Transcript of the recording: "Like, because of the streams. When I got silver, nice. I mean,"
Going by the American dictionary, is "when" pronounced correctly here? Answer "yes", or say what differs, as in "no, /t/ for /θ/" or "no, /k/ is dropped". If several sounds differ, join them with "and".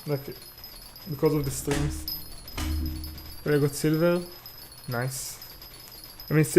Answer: no, /l/ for /n/